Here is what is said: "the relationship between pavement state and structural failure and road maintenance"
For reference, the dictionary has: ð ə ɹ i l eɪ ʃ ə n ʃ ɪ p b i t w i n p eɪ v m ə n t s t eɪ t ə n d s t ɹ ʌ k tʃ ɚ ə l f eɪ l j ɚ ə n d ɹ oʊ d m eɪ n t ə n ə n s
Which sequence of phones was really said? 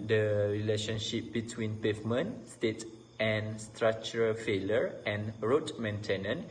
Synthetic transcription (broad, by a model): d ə ɹ i l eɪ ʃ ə n ʃ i p b i t w i n p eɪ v m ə n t s t eɪ t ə n s t ɹ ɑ k tʃ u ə l f eɪ l j ɚ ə n ɹ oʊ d m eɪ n t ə n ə n